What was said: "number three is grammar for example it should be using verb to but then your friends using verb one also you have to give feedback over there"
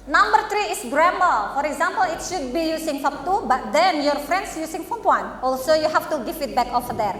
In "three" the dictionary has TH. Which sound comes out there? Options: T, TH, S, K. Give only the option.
T